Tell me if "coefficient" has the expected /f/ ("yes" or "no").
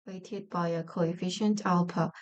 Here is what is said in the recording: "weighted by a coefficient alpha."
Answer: yes